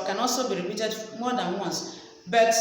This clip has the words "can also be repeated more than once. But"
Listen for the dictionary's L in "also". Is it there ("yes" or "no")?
no